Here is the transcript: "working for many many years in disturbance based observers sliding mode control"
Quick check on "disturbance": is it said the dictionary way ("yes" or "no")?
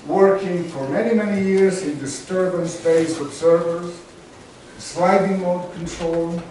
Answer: yes